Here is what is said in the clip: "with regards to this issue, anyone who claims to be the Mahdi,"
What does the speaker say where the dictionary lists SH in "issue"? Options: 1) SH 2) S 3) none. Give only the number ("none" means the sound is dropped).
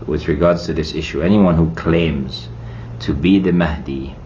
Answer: 1